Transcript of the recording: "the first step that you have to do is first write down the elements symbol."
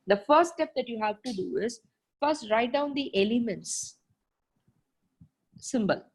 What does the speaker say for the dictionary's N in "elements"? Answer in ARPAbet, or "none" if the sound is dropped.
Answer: N